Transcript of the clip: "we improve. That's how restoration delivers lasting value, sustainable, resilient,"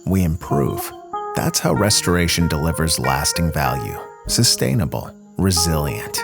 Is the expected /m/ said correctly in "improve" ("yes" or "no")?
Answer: yes